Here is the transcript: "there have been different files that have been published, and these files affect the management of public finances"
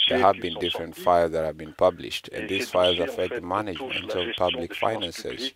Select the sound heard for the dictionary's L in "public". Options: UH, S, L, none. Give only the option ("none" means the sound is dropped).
L